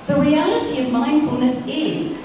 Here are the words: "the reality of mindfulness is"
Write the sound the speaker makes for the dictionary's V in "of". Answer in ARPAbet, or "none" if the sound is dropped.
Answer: V